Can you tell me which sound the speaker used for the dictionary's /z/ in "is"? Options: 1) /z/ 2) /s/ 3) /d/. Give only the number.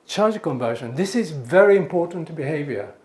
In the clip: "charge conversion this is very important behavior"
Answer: 1